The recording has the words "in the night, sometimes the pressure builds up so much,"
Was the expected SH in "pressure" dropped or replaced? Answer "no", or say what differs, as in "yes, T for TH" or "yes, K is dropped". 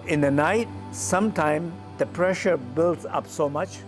no